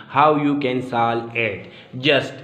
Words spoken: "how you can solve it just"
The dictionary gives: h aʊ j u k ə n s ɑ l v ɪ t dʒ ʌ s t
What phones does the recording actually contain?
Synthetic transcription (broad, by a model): h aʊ j u k ə n s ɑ l ɪ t dʒ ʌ s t